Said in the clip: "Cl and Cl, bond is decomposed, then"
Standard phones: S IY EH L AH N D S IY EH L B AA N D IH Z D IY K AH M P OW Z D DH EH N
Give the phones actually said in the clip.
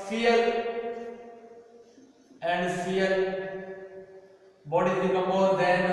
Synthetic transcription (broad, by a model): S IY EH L AH N D S IY EH L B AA D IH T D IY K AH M OW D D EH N